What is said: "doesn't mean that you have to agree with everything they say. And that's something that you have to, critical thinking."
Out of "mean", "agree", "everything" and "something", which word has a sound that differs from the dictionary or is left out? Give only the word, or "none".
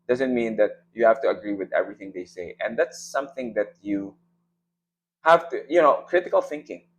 none